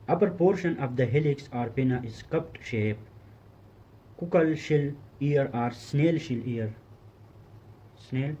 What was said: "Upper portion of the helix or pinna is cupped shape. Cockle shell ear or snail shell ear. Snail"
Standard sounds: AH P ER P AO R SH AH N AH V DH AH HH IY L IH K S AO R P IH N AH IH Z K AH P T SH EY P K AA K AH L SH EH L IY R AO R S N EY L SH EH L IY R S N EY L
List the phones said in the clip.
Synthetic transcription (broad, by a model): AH P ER P AO R SH AH N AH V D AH HH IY L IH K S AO R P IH N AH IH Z K AH P T SH EY P K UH K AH L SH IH L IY R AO R S N EY L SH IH L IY R S N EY L